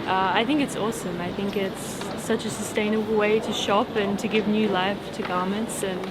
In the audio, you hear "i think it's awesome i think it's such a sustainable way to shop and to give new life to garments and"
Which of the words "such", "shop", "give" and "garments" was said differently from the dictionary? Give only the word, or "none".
none